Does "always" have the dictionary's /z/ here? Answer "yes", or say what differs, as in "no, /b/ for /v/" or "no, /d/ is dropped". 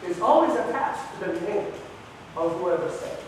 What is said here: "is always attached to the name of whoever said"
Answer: yes